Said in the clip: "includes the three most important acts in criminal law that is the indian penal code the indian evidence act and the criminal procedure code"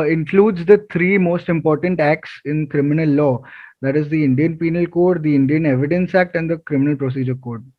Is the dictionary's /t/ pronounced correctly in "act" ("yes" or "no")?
yes